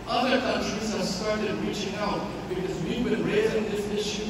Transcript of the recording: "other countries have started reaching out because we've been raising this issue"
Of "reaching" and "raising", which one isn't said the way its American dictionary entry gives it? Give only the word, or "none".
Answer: none